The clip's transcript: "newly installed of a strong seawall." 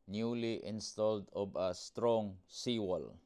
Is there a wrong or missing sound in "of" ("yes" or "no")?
yes